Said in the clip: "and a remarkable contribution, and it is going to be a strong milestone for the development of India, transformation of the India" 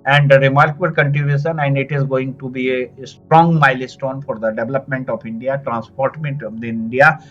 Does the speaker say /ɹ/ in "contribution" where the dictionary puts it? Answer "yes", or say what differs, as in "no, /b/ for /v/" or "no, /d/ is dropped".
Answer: no, /ɹ/ is dropped